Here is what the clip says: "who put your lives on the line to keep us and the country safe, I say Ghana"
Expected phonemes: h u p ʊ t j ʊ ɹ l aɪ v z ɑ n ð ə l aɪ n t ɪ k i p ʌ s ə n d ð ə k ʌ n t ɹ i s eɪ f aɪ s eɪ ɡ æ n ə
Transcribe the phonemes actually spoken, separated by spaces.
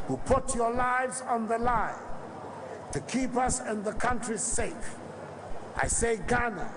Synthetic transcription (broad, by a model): h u p ʊ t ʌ ɹ l aɪ v z n ð ə l aɪ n t ɪ k i p ʌ s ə n ð ə k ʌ n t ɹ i s eɪ f aɪ s eɪ ɡ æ n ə